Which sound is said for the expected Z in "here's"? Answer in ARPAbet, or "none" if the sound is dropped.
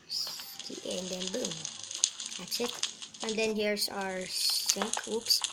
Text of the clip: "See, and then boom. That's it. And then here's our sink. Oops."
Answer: S